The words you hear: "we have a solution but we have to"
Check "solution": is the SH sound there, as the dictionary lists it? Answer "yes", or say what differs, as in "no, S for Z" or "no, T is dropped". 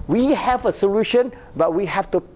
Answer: yes